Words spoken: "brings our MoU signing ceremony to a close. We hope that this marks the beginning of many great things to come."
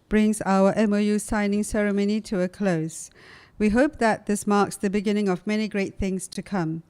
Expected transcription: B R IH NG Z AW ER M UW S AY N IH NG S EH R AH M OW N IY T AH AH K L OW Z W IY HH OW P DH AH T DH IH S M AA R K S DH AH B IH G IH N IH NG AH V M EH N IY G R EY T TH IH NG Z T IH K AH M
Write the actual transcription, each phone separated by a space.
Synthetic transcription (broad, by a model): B R IH NG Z AW ER M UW S AY N IH NG S EH R AH M OW N IY T AH AH K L OW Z W IY HH OW P DH AH T DH IH S M AA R K S DH AH B IH G IH N IH NG AH V M EH N IY G R EY T TH IH NG Z T IH K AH M